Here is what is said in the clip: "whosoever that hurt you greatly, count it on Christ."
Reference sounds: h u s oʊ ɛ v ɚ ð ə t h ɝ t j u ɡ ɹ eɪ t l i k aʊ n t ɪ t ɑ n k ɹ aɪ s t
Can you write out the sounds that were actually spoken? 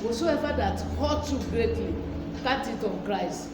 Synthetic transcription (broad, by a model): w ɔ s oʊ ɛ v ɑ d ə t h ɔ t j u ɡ ɹ eɪ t l i k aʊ t ɪ t ɑ n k ɹ aɪ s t